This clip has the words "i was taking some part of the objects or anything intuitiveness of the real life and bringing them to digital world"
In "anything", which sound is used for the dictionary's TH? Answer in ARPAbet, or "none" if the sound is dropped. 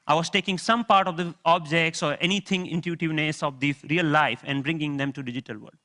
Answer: T